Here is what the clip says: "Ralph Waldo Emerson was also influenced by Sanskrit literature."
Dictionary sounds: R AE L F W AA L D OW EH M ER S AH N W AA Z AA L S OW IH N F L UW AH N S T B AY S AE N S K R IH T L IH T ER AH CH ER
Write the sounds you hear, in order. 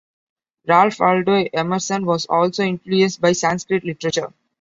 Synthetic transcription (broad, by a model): R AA L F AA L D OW EH M ER S AH N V AA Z AA L S OW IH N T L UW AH S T B AY S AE N S K R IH T L IH T ER AH CH ER